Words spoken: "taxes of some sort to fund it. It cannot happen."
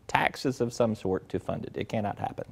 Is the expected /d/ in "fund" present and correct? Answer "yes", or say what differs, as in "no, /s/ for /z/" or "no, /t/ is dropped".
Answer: yes